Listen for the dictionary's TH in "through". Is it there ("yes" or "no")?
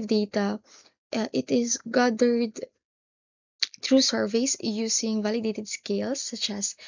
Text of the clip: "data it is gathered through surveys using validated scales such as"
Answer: no